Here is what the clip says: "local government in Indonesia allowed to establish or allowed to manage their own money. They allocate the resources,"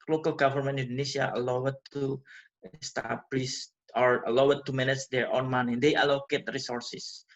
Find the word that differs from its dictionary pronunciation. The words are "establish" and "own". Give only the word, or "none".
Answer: establish